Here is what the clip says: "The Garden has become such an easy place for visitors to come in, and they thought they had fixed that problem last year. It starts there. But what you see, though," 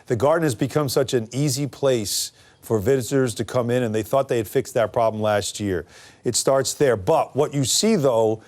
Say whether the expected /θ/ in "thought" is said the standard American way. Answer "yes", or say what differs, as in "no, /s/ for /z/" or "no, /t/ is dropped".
yes